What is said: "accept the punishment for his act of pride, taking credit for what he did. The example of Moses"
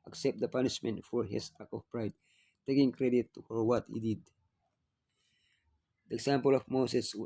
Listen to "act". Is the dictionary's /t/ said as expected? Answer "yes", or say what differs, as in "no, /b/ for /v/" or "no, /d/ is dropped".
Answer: no, /t/ is dropped